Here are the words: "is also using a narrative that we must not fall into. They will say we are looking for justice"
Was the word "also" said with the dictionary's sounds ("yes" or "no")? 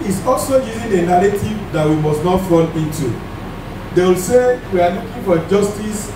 yes